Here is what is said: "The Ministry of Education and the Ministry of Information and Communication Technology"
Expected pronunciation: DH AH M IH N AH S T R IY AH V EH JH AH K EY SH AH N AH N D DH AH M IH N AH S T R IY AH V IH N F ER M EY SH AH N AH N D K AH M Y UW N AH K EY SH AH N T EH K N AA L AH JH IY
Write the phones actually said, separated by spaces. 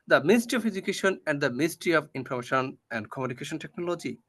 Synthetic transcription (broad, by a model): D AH M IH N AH S T R IY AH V EH JH AH K EY SH AH N AH N D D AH M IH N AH S T R IY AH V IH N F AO M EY SH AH N AH N D K AH M Y UW N AH K EY SH AH N T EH K N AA L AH JH IY